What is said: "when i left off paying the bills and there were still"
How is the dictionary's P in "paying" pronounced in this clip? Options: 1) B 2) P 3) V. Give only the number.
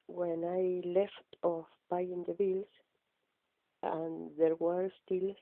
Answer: 1